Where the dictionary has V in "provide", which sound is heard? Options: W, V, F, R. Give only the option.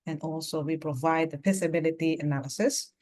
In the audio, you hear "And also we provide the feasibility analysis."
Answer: V